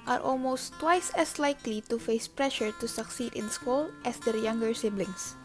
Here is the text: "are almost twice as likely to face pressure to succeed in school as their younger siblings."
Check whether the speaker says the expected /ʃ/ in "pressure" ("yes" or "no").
yes